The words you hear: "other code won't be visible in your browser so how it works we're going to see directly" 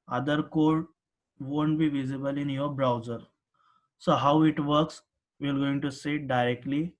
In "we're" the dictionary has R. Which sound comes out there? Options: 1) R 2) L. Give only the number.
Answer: 2